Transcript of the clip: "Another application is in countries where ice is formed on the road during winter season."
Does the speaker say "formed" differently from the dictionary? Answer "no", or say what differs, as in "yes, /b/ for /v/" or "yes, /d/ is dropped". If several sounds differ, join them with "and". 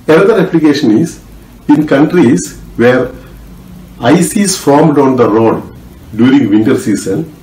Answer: no